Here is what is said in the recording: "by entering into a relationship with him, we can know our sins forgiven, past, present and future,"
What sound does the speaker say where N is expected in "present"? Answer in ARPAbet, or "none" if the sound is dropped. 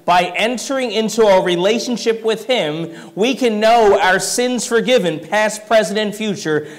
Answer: none